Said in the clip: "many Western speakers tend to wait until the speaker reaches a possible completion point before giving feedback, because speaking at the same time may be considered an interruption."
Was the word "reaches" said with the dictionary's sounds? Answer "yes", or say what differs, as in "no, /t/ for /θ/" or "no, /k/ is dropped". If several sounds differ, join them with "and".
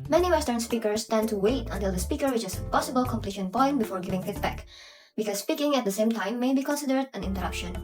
no, /w/ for /ɹ/